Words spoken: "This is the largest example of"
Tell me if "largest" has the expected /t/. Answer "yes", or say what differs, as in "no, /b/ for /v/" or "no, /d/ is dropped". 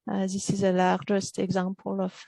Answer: yes